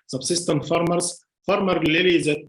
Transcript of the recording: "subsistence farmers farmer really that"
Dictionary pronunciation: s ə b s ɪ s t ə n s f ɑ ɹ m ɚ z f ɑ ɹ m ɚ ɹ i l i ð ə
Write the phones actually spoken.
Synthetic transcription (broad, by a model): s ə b s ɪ s t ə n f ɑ ɹ m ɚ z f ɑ ɹ m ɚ l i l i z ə